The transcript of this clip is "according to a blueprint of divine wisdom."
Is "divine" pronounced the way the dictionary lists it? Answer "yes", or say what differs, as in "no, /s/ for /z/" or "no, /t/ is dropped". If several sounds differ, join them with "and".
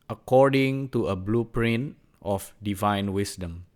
yes